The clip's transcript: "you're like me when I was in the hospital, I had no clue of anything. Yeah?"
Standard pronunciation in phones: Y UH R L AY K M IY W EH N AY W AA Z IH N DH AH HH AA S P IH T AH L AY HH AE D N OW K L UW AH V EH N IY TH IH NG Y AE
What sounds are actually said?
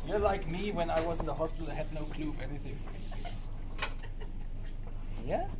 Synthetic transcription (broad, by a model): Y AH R L AY K M IY W EH N AY W AA Z IH N DH AH HH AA S P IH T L AY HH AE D N OW K L UW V EH N IY TH IH NG Y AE